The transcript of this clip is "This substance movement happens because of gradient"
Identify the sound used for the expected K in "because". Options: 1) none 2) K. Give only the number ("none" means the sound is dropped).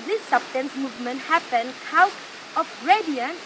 1